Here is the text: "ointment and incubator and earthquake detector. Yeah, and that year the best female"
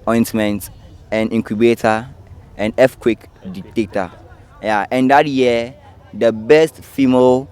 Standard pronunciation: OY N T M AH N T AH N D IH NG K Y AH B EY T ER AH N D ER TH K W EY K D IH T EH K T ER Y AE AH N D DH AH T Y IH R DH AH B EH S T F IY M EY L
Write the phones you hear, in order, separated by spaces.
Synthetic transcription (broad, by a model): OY N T M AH N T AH N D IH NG K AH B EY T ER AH N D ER F K W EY K D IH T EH K T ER Y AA AH N D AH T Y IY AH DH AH B EH S T F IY M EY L